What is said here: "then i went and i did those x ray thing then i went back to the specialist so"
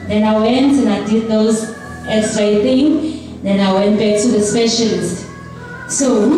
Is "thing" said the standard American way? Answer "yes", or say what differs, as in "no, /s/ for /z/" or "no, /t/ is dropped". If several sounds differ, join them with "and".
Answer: no, /t/ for /θ/